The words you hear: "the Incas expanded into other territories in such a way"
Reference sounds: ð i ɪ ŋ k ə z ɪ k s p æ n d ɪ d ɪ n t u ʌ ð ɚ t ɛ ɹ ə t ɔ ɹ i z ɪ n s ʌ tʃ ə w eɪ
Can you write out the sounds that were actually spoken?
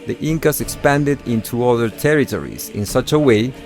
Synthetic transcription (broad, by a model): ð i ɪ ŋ k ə s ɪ k s p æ n d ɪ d ɪ n t u ʌ ð ɚ t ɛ ɹ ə t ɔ ɹ i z ɪ n s ʌ tʃ ə w eɪ